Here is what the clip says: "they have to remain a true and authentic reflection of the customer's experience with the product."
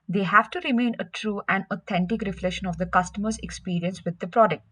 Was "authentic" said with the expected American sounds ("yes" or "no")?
no